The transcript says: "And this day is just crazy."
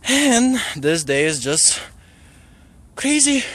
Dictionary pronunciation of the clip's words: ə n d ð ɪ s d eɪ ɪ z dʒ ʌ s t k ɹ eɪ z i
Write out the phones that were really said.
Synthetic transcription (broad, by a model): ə n ð ɪ s d eɪ ɪ z dʒ ʌ s t k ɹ eɪ z i